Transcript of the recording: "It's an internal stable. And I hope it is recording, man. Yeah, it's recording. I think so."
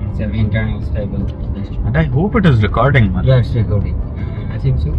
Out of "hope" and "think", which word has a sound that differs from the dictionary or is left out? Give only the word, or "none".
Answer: think